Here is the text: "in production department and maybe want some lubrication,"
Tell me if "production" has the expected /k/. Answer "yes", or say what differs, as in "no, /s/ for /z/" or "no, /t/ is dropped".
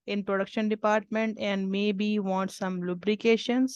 yes